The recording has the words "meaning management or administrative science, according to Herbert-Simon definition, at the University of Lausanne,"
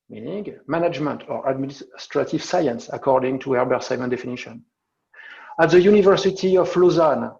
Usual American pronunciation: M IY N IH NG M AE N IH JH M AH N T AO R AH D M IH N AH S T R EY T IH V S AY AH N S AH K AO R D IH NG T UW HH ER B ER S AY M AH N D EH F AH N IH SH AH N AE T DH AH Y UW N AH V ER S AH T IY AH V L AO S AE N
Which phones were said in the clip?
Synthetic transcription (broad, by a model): M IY N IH NG M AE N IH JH M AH N T AO R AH D M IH N S T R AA T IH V S AY AH N S AH K AO R D IH NG T UW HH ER B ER S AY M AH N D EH F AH N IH SH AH N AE T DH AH Y UW N AH V ER S AH T IY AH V L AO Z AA N